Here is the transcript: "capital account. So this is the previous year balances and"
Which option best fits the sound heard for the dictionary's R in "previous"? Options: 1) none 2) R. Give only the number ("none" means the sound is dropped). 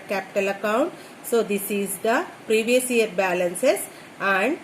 2